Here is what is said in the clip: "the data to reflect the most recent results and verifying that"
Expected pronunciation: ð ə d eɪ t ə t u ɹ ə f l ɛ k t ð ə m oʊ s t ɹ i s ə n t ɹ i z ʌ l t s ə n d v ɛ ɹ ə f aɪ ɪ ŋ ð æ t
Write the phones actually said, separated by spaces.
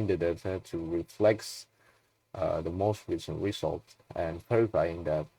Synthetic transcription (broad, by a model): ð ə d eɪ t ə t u ɹ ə f l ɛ k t ð ə m oʊ s t ɹ i s ə n t ɹ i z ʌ l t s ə n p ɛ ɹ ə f aɪ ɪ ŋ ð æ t